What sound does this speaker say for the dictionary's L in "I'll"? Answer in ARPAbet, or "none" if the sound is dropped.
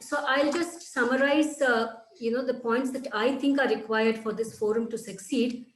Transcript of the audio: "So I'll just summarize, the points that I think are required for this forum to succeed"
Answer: L